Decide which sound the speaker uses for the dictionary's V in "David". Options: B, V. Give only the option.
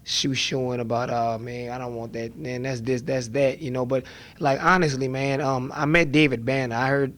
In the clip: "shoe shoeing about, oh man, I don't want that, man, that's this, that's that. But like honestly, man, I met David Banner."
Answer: V